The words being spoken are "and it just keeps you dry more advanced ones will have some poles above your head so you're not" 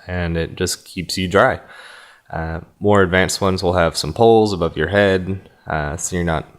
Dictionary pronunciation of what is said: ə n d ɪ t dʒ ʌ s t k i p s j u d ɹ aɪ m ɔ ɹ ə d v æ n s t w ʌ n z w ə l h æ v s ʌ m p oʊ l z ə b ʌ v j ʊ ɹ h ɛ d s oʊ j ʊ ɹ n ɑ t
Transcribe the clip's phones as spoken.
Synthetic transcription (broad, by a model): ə n ɪ t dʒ ʌ s k i p s j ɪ d ɹ aɪ m ɔ ɹ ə d v æ n s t w ʌ n z w ə l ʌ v s ʌ m p oʊ l z ə b ʌ v j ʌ ɹ h ɛ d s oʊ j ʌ ɹ n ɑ t